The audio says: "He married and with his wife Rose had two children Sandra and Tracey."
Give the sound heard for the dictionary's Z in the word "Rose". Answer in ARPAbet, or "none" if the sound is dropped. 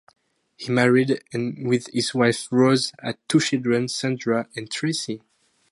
Z